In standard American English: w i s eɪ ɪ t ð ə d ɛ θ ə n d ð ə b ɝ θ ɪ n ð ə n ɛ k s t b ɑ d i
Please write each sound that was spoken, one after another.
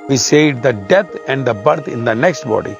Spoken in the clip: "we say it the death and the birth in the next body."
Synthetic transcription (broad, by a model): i s eɪ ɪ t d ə d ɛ t ə n d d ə b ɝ t ɪ n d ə n ɛ k s t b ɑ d i